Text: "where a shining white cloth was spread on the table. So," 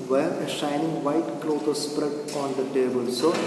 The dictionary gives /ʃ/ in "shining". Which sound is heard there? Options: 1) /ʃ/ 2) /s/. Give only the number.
1